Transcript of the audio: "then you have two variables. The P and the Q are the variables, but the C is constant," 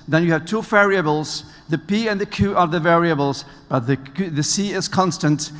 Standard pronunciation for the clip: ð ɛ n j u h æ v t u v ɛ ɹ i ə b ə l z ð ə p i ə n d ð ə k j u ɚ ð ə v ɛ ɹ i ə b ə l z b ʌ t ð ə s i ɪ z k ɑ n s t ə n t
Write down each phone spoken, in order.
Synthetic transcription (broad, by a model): ð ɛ n j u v t u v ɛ ɹ i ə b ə l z ð ə p i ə n ð ə k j u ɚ ð ə v ɛ ɹ i ə b ə l z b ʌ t ð ə s i ɪ z k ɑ n s t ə n t